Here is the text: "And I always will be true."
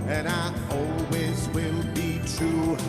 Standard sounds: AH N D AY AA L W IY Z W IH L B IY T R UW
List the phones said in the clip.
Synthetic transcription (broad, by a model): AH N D AY AA L W IY Z W IH L B IY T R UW